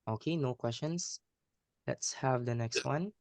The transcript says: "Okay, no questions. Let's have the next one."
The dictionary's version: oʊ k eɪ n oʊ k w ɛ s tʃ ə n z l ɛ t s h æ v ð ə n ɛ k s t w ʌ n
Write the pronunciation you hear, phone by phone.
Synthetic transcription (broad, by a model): oʊ k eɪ n oʊ k w ɛ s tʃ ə n s l ɛ t s h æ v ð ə n ɛ k s t w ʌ n